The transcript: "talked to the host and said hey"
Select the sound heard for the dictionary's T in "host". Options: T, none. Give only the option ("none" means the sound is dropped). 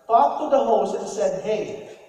none